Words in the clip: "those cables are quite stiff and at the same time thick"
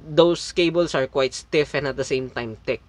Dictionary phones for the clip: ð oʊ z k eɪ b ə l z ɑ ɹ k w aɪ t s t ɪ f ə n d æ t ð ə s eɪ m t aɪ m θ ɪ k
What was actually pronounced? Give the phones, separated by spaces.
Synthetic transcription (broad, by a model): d oʊ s k eɪ b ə l s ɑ ɹ k w aɪ t s t ɪ f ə n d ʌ t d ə s eɪ m t aɪ m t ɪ k